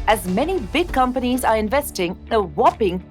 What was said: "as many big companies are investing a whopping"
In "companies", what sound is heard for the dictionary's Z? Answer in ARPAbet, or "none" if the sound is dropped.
Z